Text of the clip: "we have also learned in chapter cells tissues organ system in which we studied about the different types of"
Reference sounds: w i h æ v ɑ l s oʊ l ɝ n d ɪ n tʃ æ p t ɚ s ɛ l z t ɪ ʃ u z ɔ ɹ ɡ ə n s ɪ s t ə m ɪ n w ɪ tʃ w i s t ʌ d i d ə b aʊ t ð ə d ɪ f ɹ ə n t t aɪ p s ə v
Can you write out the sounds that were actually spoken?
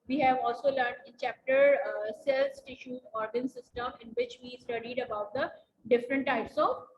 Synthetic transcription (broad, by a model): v i h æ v ɑ l s oʊ l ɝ n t ɪ n tʃ æ p t ɚ s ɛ l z t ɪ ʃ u ɔ ɹ ɡ ə n s ɪ s t ə m ɪ n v ɪ tʃ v i s t ʌ d i d ə b aʊ t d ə d ɪ f ɹ ə n t t aɪ p s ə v